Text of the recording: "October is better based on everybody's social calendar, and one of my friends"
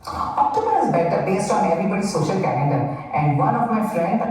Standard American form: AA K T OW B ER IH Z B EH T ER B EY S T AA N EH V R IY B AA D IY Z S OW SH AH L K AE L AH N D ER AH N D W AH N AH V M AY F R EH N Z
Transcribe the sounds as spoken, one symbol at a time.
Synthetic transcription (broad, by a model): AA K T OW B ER IH Z B EH T ER B EY S T AA N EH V R IY B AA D IY S OW SH AH L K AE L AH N D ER AH N D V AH N AH V M AY F R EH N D